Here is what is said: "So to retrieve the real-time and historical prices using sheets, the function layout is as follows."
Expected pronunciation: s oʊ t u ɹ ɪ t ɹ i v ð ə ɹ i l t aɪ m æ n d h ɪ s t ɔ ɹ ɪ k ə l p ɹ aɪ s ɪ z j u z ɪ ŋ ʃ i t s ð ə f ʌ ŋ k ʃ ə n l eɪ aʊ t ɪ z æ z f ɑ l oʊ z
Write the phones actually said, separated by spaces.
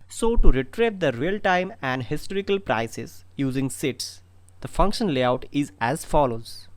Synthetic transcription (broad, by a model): s oʊ t u ɹ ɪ t ɹ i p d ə ɹ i l t aɪ m æ n d h ɪ s t ɔ ɹ ɪ k ə l p ɹ aɪ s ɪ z j u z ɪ ŋ s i t s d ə f ʌ ŋ k ʃ ə n l eɪ aʊ t ɪ z æ z f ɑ l oʊ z